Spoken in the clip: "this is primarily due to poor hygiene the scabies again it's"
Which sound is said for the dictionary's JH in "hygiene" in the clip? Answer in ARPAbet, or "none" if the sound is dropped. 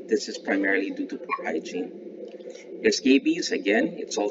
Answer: CH